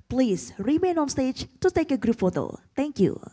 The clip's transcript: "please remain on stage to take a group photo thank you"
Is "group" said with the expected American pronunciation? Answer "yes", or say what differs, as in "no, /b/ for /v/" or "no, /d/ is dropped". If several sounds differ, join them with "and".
yes